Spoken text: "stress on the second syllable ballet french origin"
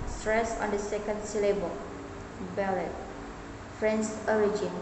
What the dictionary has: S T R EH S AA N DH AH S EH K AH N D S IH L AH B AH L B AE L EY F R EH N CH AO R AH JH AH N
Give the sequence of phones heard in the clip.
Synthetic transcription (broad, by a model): S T R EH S AA N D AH S EH K AH N D S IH L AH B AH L B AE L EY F R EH N S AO R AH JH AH N